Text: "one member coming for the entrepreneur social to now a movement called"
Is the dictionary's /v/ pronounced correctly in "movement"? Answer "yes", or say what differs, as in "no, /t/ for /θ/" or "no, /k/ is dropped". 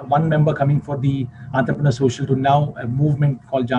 yes